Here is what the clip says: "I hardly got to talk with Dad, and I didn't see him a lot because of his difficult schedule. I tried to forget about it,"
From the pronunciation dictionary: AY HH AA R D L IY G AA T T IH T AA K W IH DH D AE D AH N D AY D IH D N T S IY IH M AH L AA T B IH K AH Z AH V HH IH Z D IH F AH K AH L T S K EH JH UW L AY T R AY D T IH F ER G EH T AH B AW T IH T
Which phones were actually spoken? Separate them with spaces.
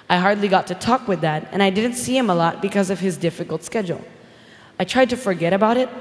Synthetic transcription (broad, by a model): AY HH AA R D L IY G AA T T IH T AA K W IH DH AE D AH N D AY D IH D N T S IY IH M AH L AA T B IH K AH Z AH V IH Z D IH F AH K L T S K EH JH L AY T R AY D T IH F ER G EH T AH B AW T IH T